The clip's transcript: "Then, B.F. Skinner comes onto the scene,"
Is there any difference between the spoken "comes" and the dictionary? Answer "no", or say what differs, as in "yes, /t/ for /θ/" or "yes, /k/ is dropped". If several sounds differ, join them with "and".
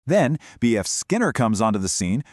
no